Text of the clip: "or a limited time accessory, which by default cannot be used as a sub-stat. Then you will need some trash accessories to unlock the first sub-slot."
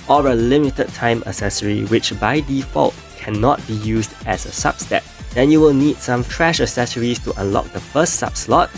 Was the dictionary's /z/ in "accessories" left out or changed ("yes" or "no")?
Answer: yes